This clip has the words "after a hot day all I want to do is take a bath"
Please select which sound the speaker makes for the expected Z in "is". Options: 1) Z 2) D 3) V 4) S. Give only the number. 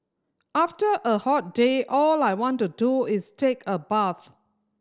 4